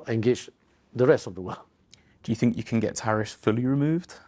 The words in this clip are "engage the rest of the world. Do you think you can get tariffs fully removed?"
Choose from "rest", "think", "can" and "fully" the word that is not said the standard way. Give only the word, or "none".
none